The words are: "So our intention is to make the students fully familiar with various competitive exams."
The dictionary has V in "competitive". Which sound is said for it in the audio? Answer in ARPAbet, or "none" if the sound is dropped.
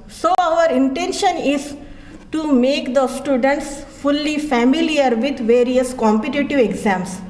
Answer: V